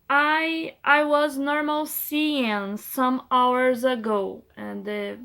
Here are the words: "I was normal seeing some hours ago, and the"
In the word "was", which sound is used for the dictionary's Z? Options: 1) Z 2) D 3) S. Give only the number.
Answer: 1